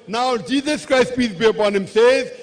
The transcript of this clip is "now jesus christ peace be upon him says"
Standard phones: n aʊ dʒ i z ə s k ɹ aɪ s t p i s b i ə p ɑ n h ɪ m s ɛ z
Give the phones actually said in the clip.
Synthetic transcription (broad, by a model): n aʊ dʒ i z ə s k ɹ aɪ s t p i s b i ə p ɑ n h ɪ m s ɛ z